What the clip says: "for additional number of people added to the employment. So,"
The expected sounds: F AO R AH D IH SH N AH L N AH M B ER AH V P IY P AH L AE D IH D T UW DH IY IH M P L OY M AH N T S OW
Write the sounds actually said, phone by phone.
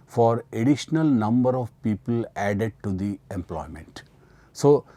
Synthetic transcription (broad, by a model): F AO R AH D IH SH N AH L N AH M B ER AH V P IY P AH L AE D IH D T UW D IY IH M P L OY M AH N T S OW